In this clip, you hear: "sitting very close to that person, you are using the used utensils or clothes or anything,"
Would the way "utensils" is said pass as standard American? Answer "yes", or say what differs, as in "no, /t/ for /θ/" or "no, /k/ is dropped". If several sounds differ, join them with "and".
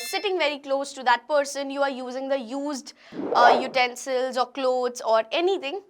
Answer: yes